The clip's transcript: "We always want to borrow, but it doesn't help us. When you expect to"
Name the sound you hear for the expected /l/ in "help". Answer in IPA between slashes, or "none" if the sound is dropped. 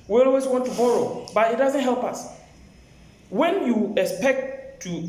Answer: /l/